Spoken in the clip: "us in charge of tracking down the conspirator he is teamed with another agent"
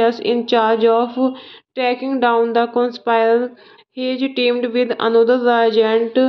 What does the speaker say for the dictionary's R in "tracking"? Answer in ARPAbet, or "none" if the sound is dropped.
none